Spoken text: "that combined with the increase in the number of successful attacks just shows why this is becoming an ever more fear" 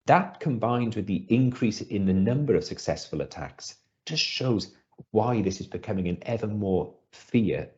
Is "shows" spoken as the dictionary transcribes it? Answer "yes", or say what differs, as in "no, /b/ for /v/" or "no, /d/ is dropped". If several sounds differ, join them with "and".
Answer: yes